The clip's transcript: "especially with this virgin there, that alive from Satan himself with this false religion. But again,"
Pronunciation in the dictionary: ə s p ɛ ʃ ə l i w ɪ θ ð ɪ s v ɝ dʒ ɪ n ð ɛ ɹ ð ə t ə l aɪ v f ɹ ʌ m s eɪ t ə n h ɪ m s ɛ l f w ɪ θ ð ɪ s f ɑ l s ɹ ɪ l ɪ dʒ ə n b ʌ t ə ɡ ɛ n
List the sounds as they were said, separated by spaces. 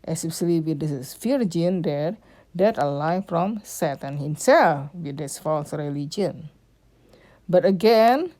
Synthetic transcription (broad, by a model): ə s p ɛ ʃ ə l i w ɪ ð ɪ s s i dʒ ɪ n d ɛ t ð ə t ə l aɪ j f ɹ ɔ m s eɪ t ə n h ɪ m s ɛ l f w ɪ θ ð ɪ s f ɑ l s ɹ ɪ l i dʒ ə n b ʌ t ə ɡ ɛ n